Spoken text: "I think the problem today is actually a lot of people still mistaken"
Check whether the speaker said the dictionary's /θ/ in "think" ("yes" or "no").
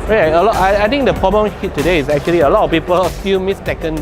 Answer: no